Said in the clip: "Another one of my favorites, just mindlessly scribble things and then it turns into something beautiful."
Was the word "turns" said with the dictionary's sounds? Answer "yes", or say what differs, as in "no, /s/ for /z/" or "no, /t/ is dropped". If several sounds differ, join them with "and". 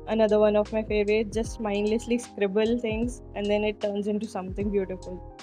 yes